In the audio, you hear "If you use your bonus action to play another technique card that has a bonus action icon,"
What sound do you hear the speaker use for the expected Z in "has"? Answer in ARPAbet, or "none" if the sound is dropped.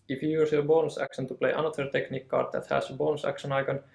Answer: S